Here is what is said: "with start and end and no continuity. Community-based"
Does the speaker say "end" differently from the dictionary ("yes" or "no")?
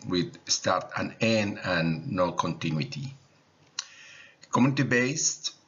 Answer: yes